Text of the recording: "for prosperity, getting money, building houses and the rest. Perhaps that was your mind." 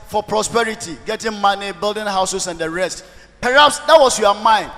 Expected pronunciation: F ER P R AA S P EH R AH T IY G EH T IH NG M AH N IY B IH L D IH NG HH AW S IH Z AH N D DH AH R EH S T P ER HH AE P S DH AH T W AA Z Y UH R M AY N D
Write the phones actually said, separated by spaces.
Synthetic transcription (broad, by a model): F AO P R AA S P EH R AH T IY G EH T IH NG M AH N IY B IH L D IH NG HH AW S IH S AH N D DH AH R EH S T P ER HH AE P S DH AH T W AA S Y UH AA M AY N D